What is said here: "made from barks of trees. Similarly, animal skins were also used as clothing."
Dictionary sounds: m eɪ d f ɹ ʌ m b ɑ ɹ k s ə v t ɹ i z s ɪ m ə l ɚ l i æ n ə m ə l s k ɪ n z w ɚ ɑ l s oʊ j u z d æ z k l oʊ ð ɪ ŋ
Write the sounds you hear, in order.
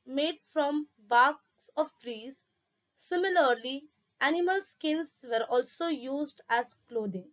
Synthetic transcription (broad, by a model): m eɪ d f ɹ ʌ m b ɑ ɹ k s ə v t ɹ i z s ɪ m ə l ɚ l i æ n ə m ə l s k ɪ n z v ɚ ɑ l s oʊ j u z d æ z k l oʊ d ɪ ŋ